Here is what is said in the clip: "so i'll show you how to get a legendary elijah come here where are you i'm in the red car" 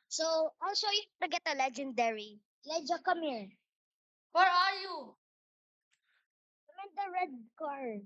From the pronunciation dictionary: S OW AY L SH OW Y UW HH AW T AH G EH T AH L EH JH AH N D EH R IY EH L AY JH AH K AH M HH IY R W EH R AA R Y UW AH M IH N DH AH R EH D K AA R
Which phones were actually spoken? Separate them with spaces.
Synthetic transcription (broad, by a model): S OW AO L S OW Y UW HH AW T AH G EH T AH L EH JH AH N D EH R IY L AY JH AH K AH M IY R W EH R AA R Y UW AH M IH N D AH R EH D K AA R